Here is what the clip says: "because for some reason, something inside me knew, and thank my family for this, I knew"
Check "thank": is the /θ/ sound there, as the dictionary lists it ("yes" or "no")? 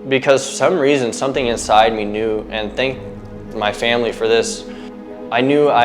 yes